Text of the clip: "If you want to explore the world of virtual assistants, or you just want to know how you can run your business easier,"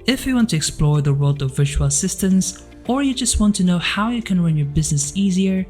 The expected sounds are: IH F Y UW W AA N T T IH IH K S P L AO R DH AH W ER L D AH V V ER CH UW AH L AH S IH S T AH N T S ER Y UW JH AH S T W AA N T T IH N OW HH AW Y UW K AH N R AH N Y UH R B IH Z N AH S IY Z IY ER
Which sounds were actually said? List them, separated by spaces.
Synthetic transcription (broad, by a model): IH F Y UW W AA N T T IH IH K S P L AO R DH AH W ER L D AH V V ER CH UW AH L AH S IH S T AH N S ER Y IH JH AH S T W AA N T T IH N OW HH AW Y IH K AH N R AH N Y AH R B IH Z N AH S IY Z IY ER